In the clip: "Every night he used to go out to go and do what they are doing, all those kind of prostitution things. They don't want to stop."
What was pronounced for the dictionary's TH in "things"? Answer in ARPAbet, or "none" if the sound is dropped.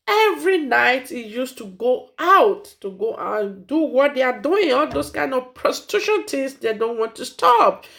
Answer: T